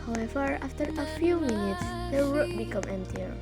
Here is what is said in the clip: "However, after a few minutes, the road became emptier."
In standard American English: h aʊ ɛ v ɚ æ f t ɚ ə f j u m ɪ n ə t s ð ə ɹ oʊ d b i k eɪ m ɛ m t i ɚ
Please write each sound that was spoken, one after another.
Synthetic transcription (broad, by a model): h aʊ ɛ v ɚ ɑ f t ɚ ə f j u m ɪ n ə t s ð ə w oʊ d b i k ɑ m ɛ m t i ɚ